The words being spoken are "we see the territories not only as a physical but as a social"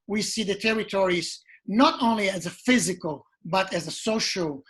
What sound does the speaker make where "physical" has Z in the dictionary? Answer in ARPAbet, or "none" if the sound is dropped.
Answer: Z